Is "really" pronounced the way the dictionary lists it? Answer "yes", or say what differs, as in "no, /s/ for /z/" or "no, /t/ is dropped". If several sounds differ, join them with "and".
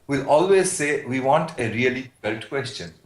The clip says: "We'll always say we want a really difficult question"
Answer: no, /l/ is dropped